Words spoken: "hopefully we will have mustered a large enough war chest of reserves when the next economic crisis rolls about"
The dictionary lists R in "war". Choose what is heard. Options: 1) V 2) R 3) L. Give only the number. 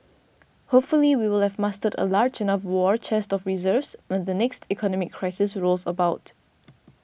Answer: 2